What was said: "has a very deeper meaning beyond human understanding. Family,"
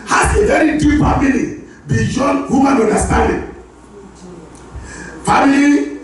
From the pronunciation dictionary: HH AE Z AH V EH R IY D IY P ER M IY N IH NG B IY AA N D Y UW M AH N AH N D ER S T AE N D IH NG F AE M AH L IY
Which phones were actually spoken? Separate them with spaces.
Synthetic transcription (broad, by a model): HH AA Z AH V EH R IY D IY F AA M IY L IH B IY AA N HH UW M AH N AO N D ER S T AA N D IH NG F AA M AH L IY